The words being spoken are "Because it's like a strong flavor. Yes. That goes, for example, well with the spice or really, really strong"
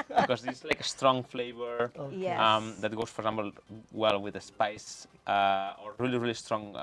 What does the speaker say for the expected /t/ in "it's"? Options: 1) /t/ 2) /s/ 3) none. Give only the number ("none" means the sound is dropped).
2